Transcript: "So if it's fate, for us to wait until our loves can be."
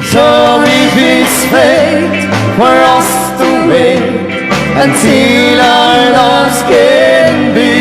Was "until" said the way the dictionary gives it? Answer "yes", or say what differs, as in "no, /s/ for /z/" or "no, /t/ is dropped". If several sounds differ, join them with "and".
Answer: no, /s/ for /t/